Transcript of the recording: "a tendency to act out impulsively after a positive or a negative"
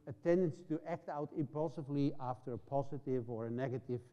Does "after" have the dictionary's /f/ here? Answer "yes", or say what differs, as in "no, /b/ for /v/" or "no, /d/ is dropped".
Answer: yes